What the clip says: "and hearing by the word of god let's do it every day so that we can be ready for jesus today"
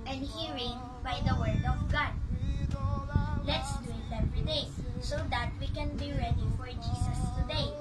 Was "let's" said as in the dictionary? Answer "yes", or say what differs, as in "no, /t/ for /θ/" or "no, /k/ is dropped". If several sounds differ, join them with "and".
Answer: yes